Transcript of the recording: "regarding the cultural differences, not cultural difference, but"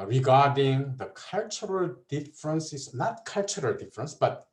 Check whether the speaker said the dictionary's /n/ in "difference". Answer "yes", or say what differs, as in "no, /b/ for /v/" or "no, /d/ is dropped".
yes